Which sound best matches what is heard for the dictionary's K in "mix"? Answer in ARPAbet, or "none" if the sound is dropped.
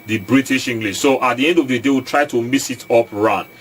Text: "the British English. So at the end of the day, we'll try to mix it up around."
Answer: none